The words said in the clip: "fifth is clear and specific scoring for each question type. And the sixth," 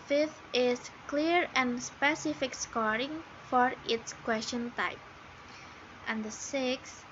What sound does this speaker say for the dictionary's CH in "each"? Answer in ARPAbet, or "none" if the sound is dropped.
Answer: S